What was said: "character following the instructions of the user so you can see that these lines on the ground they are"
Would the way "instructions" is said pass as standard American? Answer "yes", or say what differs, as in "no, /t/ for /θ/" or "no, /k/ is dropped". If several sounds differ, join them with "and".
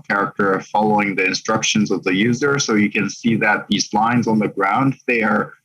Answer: yes